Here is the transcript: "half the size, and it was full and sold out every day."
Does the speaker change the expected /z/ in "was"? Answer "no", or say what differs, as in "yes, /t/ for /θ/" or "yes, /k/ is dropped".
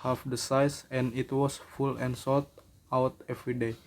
yes, /s/ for /z/